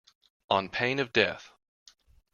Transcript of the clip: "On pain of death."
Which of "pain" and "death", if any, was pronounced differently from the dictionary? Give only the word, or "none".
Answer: none